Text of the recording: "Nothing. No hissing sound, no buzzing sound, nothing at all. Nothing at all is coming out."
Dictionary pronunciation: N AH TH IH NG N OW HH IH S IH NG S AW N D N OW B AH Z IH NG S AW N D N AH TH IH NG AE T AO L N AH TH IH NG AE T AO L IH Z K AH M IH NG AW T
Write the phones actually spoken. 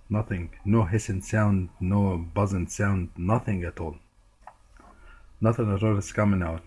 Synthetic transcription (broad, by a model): N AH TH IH NG N OW HH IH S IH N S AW N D N OW B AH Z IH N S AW N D N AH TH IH NG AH T AO L N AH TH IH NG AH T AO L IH S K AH M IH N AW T